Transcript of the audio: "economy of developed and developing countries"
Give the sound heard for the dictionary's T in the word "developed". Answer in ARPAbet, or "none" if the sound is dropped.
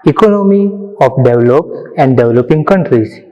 none